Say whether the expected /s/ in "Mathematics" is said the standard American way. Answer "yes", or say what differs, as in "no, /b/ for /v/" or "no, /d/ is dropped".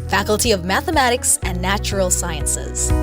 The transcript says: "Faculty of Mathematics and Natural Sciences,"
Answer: yes